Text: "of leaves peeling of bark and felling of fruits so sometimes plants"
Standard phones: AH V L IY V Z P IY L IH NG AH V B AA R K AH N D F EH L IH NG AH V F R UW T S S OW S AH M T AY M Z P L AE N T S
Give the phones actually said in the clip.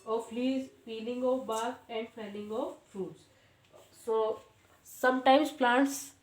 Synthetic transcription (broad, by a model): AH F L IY Z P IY L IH NG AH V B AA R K AH N D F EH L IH NG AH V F R UW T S S OW S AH M T AY M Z P L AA N T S